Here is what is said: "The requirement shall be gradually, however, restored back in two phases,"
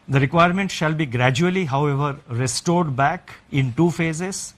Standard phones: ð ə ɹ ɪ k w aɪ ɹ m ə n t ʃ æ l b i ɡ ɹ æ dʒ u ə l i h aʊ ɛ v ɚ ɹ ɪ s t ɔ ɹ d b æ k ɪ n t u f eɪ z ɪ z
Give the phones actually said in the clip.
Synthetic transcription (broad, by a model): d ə ɹ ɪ k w aɪ ɹ m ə n t ʃ æ l b i ɡ ɹ æ dʒ u ə l i h aʊ ɛ v ɚ ɹ ɪ s t ɔ ɹ d b æ k ɪ n t u f eɪ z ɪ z